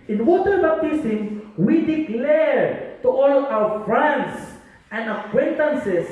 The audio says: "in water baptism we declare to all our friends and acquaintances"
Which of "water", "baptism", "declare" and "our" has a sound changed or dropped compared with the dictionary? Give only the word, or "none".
baptism